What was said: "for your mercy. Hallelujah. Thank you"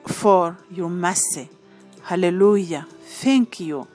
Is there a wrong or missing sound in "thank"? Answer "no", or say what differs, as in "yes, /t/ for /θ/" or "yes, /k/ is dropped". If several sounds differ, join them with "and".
yes, /f/ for /θ/